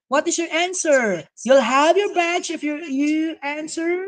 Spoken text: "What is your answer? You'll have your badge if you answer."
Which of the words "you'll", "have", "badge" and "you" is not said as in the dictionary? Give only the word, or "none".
badge